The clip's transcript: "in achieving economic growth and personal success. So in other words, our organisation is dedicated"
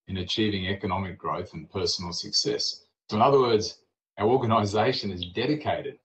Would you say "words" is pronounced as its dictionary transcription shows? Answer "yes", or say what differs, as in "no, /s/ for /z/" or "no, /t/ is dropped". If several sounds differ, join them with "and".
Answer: yes